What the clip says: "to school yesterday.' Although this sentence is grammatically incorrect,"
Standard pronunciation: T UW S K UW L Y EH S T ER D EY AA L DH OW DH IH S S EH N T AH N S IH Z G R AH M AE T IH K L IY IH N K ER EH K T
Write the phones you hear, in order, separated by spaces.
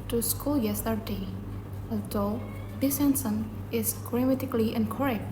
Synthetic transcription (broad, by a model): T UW S K UW L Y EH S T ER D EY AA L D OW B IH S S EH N S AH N IH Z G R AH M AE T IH K L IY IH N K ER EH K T